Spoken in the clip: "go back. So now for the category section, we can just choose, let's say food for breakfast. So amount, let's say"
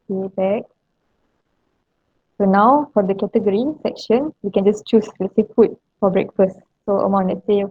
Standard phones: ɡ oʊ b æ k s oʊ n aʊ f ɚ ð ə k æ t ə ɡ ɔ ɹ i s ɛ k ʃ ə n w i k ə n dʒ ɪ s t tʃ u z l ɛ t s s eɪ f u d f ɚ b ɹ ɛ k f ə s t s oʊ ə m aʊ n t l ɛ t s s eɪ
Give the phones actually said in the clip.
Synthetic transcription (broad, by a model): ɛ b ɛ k s oʊ n aʊ f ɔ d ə k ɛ t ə ɡ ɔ ɹ i s ɛ k ʃ ə n w i k ə n dʒ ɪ s tʃ u s l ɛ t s s eɪ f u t f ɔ b ɹ ɛ k f ə s t s oʊ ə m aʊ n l ɛ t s s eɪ